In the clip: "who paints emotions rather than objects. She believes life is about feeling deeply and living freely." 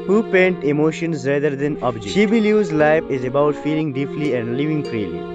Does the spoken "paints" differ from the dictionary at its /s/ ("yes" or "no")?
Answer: yes